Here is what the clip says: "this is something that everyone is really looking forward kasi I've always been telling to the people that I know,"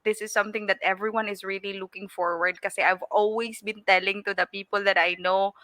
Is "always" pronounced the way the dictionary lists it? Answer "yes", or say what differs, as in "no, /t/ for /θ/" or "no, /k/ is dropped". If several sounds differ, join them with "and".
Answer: no, /s/ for /z/